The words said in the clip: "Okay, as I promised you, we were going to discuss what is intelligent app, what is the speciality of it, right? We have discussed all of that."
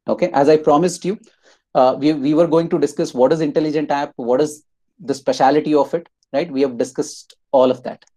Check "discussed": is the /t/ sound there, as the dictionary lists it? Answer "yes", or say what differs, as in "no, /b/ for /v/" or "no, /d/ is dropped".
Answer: yes